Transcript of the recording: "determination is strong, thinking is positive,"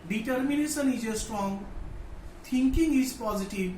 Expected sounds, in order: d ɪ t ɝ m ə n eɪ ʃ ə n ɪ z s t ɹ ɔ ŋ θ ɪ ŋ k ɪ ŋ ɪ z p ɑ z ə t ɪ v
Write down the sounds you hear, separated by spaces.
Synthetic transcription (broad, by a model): d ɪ t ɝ m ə n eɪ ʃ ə n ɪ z s t ɹ ɔ ŋ t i ŋ k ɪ ŋ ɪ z p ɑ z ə t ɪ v